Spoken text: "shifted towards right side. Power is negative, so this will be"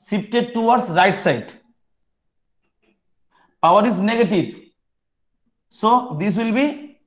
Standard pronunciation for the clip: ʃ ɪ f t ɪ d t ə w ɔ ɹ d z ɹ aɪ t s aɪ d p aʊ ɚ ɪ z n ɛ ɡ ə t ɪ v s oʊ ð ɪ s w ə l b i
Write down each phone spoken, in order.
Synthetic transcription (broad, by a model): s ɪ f t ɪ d t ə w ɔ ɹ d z ɹ aɪ t s aɪ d p aʊ ɚ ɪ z n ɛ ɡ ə t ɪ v s oʊ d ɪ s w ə l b i